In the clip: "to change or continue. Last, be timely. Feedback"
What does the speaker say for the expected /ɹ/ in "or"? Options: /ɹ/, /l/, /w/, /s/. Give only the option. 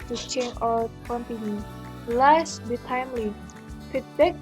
/l/